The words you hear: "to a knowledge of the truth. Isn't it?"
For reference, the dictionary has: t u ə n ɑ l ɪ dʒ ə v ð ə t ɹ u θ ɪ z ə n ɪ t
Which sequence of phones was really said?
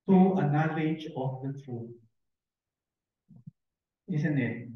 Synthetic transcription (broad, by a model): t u ə n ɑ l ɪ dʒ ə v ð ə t ɹ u t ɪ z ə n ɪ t